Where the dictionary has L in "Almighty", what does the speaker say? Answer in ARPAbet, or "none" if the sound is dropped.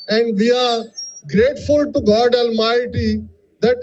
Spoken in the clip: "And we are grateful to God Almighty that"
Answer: L